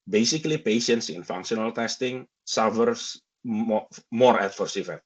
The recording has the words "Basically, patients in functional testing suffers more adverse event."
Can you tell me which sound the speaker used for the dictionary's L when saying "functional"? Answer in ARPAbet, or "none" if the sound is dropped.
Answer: L